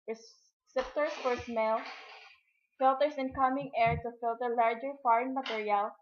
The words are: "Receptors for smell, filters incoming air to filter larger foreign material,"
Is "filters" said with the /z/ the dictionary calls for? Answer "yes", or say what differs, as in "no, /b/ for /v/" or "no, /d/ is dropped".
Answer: no, /s/ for /z/